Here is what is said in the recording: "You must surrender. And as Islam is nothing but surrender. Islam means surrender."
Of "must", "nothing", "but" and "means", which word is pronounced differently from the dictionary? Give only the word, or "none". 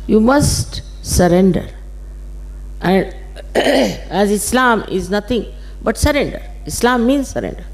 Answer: nothing